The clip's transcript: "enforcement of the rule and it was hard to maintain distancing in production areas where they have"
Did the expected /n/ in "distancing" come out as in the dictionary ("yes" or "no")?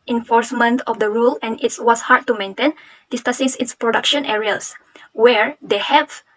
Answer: no